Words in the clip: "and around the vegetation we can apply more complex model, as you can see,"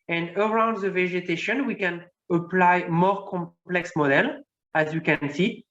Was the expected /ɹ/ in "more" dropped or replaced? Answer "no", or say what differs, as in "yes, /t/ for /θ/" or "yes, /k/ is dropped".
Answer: no